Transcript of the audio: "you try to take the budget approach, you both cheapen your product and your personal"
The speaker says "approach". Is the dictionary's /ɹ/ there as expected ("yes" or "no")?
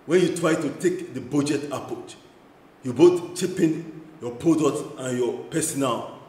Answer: no